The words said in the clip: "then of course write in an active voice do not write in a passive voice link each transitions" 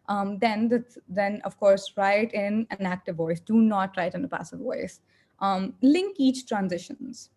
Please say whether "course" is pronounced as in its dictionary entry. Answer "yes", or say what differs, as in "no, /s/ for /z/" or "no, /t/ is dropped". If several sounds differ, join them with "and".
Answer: yes